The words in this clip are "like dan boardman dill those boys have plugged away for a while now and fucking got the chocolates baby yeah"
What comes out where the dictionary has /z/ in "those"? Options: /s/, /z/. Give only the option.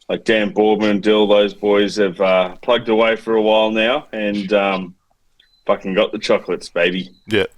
/z/